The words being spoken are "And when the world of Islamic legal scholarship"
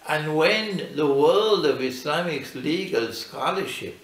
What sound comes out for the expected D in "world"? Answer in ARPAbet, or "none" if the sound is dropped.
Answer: D